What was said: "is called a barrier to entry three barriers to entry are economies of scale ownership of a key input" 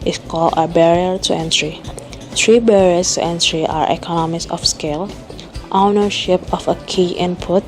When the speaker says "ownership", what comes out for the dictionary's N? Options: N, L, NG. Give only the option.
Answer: N